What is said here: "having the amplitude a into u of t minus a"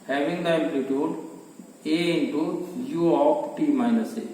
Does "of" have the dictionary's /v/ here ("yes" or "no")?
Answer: no